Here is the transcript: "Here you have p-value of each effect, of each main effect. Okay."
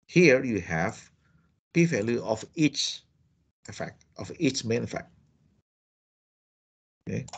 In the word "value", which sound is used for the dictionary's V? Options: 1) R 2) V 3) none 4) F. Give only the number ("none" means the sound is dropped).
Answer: 4